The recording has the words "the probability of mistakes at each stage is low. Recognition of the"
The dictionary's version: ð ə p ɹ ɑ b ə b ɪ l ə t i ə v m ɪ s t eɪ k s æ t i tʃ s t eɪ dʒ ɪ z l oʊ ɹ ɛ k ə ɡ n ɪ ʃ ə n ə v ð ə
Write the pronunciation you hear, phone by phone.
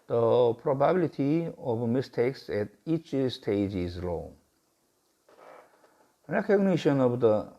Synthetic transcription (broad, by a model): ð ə p ɹ ɑ b ə b ɪ l ə t i ə v m ɪ s t eɪ k s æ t i tʃ s t eɪ dʒ ɪ z l oʊ ɹ ɛ k ə ɡ n ɪ ʃ ə n ə v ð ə